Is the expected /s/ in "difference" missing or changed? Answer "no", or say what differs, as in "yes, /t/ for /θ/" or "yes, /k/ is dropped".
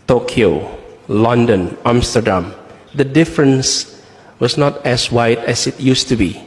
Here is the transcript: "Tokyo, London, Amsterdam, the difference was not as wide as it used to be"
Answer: no